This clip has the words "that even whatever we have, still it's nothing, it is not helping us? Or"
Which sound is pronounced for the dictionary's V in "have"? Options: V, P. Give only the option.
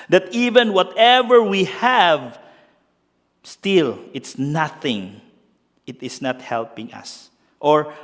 V